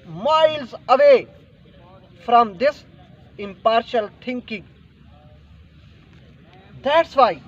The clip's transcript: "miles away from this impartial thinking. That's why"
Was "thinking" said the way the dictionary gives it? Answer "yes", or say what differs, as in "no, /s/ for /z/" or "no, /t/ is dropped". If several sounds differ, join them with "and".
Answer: no, /t/ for /θ/